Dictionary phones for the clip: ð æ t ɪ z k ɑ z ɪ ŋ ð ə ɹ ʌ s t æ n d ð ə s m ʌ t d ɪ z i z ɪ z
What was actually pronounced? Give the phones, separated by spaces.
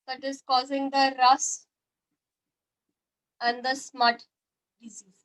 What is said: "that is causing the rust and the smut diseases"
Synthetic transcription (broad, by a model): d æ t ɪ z k ɑ z ɪ ŋ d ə ɹ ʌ s æ n d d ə s m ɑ t d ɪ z i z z